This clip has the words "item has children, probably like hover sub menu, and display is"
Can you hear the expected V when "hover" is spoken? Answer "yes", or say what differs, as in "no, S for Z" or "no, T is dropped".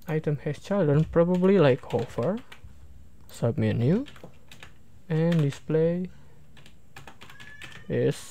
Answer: no, F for V